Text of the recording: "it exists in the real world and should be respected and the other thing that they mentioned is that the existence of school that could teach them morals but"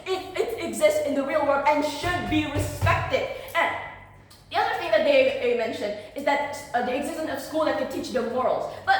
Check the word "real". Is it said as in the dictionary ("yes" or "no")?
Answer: yes